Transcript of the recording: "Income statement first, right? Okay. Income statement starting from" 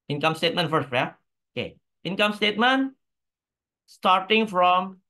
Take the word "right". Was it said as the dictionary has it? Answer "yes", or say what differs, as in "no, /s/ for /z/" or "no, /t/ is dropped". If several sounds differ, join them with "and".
no, /t/ is dropped